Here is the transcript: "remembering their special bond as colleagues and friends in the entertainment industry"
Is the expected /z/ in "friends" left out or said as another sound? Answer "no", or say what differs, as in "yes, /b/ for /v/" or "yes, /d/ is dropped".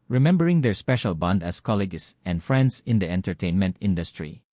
yes, /s/ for /z/